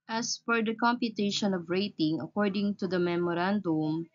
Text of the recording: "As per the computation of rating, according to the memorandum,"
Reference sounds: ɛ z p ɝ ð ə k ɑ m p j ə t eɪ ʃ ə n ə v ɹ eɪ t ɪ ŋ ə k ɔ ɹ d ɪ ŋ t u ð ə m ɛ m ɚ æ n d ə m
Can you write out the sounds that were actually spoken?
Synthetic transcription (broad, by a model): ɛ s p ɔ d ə k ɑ m p j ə t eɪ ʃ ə n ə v ɹ eɪ t ɪ ŋ ə k ɔ ɹ d ɪ ŋ t u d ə m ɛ m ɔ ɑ n d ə m